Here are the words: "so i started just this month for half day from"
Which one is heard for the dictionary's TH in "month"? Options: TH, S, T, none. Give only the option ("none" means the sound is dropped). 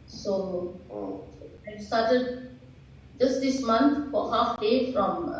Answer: T